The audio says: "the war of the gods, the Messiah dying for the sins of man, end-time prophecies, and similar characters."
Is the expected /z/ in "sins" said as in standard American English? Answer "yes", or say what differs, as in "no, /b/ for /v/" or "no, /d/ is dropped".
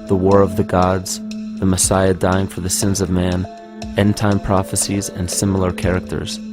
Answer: yes